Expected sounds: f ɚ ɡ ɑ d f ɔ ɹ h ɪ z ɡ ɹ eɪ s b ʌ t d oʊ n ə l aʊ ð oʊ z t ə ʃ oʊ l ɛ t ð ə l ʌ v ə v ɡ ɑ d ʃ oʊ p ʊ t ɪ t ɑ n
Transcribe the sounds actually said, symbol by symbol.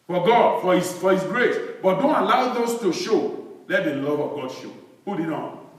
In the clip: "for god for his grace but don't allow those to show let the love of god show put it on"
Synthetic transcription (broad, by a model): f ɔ ɡ ɑ d f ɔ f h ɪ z ɡ ɹ eɪ s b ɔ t d oʊ n ə l aʊ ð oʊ s t ə ʃ oʊ l ɛ t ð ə l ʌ v ə v ɡ ɑ d ʃ oʊ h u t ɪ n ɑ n